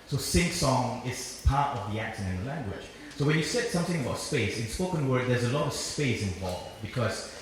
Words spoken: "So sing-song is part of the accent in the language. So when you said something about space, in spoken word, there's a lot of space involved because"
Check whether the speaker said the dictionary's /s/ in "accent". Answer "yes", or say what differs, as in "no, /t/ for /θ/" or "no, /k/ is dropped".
no, /ʃ/ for /s/